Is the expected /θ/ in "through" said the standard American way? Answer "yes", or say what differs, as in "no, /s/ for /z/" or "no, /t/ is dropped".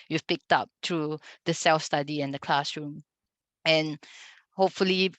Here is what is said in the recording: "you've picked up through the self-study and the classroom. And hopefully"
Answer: no, /t/ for /θ/